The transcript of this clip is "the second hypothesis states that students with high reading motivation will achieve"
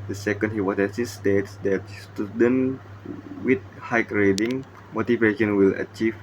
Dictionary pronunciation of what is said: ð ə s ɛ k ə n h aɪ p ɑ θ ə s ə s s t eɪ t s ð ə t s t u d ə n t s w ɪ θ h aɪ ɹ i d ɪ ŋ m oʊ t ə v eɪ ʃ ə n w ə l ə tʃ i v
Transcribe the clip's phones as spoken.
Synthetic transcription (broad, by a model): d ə s ɛ k ə n h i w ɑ s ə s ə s s t eɪ t s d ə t s t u d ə n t w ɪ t h aɪ ɹ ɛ d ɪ ŋ m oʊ t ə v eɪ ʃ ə n w ə l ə tʃ i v